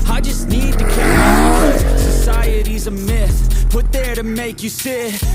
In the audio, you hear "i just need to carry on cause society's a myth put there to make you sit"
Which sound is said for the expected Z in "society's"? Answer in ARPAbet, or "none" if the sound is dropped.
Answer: Z